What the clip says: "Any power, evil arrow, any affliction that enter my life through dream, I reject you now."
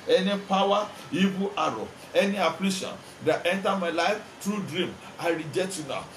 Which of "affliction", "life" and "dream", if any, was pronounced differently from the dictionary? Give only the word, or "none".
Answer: affliction